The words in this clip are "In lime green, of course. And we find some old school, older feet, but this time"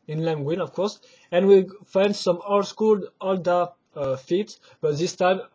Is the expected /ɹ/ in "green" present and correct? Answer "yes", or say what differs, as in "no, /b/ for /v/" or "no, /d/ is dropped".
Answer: no, /w/ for /ɹ/